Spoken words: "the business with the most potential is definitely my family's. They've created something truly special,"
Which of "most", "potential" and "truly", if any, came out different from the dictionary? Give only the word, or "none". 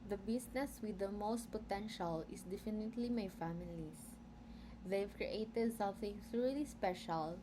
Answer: truly